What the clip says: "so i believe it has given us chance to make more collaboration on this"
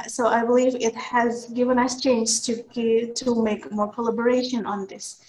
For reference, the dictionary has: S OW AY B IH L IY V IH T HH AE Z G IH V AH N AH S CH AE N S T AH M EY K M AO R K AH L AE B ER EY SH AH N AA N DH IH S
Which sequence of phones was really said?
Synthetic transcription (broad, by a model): S OW AY B IH L IY V IH T HH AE Z G IH V AH N AH S CH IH N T T AH M EY K M AO R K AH L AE B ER EY SH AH N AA N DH IH S